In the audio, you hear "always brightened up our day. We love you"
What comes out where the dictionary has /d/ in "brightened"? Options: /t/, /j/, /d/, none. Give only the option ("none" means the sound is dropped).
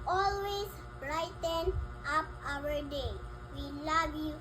none